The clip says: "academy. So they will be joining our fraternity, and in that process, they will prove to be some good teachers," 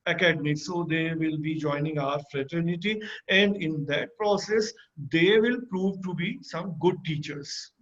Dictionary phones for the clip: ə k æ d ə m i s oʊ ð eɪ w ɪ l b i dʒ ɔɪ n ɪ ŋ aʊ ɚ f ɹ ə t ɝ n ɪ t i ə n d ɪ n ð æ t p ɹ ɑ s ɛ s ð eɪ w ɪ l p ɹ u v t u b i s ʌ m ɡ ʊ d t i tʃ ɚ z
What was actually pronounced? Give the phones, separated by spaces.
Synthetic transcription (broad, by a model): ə k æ d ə m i s oʊ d eɪ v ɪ l b i dʒ ɔɪ n ɪ ŋ aʊ ɚ f ɹ ə t ɝ n ɪ t i ə n d ɪ n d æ t p ɹ ɑ s ɛ s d eɪ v ɪ l p ɹ u v t u b i s ʌ m ɡ ʊ d t i tʃ ɚ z